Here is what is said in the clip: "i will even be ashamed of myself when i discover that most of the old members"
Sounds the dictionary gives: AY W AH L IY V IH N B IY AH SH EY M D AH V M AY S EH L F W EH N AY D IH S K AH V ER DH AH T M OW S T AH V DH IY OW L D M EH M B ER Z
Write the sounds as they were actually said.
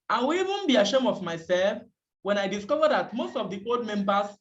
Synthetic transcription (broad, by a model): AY W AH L IY V IH N B IY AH SH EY M AH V M AY S EH L F W EH N AY D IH S K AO V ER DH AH T M OW S T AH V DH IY OW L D M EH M B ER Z